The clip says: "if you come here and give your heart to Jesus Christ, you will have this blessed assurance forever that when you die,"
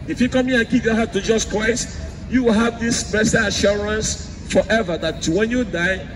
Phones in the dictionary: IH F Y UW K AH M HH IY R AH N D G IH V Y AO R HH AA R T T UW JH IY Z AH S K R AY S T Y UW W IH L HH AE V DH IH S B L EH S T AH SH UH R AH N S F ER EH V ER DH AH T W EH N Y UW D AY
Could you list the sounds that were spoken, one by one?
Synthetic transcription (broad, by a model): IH F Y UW K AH M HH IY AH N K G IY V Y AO HH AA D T T UW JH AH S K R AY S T Y UW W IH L HH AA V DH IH S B EH S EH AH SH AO R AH N S F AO EH V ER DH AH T W EH N Y UW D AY